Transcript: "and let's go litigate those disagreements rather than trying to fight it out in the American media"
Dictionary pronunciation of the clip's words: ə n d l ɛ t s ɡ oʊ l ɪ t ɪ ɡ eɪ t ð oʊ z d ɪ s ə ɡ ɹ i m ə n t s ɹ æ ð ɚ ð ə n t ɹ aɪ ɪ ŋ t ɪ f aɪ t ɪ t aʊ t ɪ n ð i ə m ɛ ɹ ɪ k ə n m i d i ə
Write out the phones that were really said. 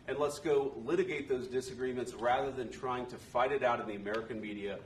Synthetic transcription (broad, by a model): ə n l ɛ t s ɡ oʊ l ɪ t ɪ ɡ eɪ t ð oʊ z d ɪ s ə ɡ ɹ i m ə n t s ɹ æ ð ɚ ð ə n t ɹ aɪ ɪ ŋ t ɪ f aɪ t ɪ t aʊ t ɪ n ð i ə m ɛ ɹ ɪ k ə n m i d i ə